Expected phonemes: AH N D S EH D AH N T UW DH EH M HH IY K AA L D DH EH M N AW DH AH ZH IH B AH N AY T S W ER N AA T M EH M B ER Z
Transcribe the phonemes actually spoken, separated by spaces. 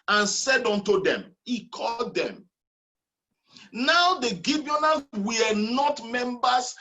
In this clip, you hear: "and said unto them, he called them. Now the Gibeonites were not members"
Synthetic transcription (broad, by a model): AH N S EH D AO N T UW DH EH M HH IY K AA L D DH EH M N AW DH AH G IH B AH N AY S W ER N AA T M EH M B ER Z